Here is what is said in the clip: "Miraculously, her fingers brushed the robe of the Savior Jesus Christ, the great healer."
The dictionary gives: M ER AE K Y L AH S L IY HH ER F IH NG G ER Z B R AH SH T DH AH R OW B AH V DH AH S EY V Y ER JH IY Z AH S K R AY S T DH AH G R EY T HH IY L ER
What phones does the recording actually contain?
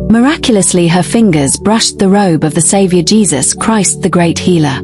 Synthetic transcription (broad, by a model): M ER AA K Y L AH S L IY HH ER F IH NG G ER Z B R AH SH DH AH R OW B AH V DH AH S EY V Y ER JH IY Z AH S K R AY S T DH AH G R EY T HH IY L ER